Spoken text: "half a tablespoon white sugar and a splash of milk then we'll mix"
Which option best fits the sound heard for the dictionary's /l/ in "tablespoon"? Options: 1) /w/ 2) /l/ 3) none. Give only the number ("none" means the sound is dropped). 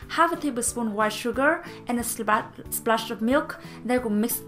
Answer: 3